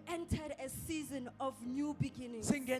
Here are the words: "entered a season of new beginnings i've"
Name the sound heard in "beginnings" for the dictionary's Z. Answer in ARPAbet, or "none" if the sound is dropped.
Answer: S